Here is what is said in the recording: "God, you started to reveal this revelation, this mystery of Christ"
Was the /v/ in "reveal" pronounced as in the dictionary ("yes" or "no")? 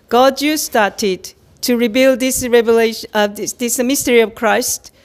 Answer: no